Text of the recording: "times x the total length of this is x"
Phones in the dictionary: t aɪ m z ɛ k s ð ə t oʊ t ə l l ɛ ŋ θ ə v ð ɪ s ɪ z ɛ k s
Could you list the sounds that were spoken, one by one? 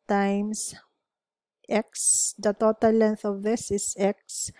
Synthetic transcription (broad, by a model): t aɪ m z ɛ k s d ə t oʊ t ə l l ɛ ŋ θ ə v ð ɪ s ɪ s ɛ k s